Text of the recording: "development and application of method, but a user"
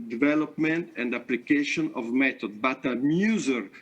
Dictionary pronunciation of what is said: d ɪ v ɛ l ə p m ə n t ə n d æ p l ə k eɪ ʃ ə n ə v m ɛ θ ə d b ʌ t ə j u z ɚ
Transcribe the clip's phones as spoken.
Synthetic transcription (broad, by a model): d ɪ v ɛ l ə p m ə n t ə n d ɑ p l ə k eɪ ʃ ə n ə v m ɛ t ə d b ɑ t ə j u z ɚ